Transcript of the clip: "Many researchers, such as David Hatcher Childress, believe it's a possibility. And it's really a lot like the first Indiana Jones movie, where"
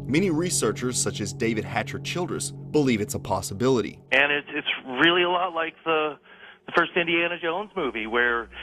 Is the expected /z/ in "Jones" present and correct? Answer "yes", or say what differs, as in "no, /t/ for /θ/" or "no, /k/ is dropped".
yes